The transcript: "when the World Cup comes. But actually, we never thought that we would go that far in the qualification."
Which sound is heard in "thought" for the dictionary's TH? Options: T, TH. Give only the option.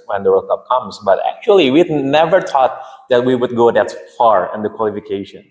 T